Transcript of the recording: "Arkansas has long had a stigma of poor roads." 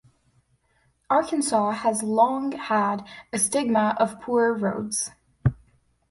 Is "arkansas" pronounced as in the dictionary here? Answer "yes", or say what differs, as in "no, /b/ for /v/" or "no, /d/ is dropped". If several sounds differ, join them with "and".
yes